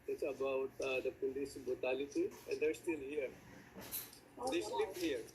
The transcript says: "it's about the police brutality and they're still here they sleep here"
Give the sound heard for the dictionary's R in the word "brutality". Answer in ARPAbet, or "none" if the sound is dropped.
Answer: none